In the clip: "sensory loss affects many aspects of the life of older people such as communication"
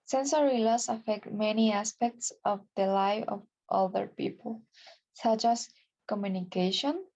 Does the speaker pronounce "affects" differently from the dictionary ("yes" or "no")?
yes